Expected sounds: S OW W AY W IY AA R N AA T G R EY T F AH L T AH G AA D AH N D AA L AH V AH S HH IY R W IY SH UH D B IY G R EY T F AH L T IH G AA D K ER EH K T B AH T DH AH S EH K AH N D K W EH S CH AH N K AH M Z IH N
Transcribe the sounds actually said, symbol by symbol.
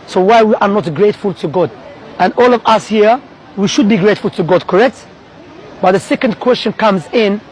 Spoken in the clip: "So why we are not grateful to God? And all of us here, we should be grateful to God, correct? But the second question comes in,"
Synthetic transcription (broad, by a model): S OW W AY W IY AA R N AA T G R EY T F AH L T AH G AA D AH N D AA L AH V AH S HH IY R W IY SH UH D B IY G R EY T F AH L T IH G AA D K ER EH K T B AH T DH AH S EH K AH N D K W EH S CH AH N K AH M Z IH N